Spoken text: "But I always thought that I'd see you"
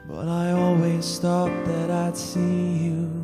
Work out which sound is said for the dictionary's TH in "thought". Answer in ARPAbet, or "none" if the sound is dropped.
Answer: T